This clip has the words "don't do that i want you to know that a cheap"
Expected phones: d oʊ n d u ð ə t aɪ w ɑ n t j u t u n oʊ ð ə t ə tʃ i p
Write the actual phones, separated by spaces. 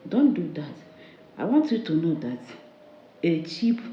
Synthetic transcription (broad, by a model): d oʊ n d u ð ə t aɪ w ɑ n t j u t u n oʊ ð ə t ə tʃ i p